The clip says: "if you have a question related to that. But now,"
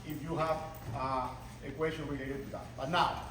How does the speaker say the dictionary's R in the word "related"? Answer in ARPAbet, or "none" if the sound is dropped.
W